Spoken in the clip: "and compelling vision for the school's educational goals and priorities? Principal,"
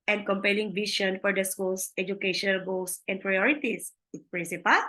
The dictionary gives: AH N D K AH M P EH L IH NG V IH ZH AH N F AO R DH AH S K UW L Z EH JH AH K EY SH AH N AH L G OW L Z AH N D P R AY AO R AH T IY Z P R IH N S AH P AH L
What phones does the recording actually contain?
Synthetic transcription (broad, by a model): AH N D K AH M P EH L IH NG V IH SH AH N F AO R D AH S K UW L S EH JH AH K EY SH AH N AH L G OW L S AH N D P R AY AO R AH T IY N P R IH N S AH P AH L